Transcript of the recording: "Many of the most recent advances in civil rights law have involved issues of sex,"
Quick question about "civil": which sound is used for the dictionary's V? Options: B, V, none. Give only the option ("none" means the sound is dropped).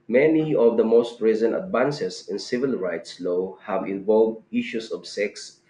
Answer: V